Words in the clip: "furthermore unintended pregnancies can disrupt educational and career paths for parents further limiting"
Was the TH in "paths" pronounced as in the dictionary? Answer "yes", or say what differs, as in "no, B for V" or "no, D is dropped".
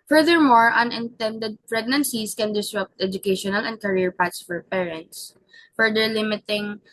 no, T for TH